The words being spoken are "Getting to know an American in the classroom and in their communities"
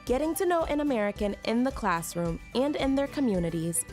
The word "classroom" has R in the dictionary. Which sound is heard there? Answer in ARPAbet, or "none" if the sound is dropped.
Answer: R